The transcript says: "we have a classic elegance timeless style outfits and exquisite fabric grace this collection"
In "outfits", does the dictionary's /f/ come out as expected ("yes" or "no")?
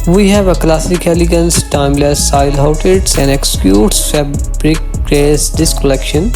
no